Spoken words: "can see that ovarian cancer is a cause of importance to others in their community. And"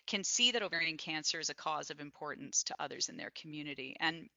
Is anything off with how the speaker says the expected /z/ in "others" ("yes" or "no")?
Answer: no